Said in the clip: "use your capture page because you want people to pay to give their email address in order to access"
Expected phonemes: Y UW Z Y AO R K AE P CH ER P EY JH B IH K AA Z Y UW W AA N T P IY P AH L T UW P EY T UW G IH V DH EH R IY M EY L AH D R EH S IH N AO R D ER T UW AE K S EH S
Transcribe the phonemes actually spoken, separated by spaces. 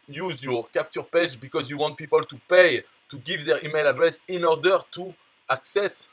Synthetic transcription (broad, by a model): Y UW Z Y AO R K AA P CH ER P EY JH B IH K AA Z Y UW W AA N T P IY P AH L T UW P EY T UW G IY V DH EH R IY M EY L AH D R EH S IH N AO R D ER T UW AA K S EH S